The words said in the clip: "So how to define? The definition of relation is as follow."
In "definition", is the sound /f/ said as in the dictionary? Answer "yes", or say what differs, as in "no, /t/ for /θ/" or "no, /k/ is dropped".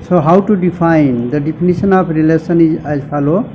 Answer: no, /p/ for /f/